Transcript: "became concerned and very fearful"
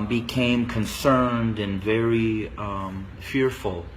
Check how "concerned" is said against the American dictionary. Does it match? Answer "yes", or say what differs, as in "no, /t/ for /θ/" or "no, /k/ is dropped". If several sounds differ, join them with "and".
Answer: yes